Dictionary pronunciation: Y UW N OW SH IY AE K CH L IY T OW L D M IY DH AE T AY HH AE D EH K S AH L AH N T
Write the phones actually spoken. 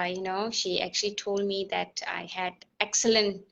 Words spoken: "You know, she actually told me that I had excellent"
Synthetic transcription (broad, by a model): Y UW N OW SH IY AE K CH L IY T OW L D M IY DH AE T AY HH AE D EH K S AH L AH N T